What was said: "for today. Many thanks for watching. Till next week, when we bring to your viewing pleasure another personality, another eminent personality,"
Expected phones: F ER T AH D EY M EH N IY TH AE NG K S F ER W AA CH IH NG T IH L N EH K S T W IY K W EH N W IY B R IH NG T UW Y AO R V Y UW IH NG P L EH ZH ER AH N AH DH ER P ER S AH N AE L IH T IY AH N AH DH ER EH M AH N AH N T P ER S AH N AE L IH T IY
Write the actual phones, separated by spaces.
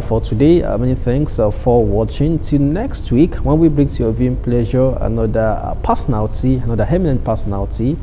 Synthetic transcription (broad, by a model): F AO T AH D EY M EH N IY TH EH NG K S F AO W AA CH IH NG T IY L N EH K S T W IY K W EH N W IY B R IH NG T UW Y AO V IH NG P L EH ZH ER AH N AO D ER P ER S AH N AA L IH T IY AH N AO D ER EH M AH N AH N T P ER S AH N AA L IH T IY